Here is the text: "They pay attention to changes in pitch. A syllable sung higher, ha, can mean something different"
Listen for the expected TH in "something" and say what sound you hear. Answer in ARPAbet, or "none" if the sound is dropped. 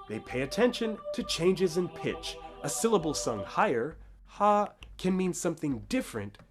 TH